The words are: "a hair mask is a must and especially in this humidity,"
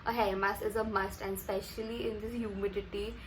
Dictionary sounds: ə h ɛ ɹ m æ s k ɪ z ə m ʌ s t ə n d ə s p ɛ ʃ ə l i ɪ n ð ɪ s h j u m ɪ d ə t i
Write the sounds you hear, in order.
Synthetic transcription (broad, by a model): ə h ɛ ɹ m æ s ɪ z ə m ʌ s t ə n d s p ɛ ʃ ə l i ɪ n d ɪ s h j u m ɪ d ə t i